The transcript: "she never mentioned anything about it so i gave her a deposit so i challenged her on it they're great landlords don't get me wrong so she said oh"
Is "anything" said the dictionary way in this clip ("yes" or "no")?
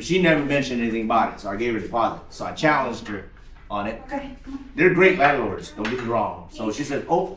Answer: yes